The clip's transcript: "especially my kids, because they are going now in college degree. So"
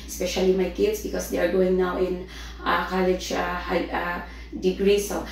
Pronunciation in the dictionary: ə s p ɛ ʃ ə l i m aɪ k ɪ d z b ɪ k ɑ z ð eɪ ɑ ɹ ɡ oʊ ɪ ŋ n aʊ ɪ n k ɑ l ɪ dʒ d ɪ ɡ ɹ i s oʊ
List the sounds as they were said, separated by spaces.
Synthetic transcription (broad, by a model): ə s p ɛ ʃ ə l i m aɪ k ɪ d s b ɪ k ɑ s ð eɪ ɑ ɹ ɡ oʊ ɪ ŋ n aʊ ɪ n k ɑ l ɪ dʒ d ɪ ɡ ɹ i s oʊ